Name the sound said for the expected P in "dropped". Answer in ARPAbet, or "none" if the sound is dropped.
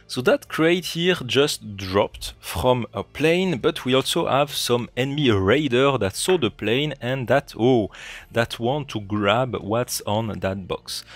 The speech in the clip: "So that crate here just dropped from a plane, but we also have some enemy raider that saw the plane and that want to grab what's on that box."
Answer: P